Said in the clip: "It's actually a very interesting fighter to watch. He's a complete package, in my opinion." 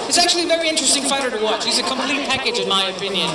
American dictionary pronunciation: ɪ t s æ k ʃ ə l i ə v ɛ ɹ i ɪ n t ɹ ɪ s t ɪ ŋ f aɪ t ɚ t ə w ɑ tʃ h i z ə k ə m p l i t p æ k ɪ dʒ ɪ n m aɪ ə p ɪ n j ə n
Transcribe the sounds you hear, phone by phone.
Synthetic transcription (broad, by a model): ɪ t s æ k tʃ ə l i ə v ɛ ɹ i ɪ n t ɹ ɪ s t ɪ ŋ f aɪ t ɚ t ə w ɑ tʃ h i z ə k ə m p l i t p æ k ɪ dʒ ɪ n m aɪ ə p ɪ n j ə n